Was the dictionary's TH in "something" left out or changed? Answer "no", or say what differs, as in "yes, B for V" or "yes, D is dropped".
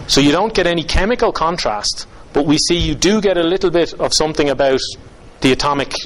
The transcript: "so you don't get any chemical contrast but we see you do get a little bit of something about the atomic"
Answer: no